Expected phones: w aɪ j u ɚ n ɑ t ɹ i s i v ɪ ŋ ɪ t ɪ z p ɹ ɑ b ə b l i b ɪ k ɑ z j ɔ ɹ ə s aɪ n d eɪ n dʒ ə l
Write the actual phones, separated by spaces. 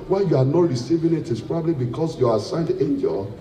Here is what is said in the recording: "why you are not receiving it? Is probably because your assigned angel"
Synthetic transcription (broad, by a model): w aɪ j u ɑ n ɑ t ɹ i s i v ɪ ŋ ɪ t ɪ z p ɹ ɑ b ə b l i b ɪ k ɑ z j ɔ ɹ ə s aɪ n d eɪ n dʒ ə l